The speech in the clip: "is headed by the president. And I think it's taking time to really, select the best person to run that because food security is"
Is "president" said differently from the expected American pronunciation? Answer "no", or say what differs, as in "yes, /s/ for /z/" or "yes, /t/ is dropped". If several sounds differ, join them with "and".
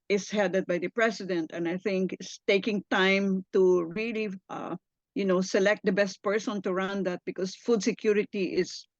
yes, /s/ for /z/